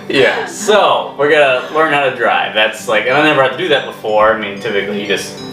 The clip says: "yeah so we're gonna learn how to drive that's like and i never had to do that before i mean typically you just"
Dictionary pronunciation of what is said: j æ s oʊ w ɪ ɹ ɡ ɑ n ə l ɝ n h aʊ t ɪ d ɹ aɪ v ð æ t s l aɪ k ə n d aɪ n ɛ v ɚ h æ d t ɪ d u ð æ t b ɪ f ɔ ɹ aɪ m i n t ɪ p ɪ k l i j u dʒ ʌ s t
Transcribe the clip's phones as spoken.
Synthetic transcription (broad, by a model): j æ s oʊ w ɪ ɹ ɡ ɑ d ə w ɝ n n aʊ t ɪ d ɹ aɪ v ð æ t s l aɪ k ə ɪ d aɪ n ɛ v ɚ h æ t ɪ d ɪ ð æ t b ɪ f ɔ ɹ aɪ m i n t ɪ p ɪ k l i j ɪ dʒ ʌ s t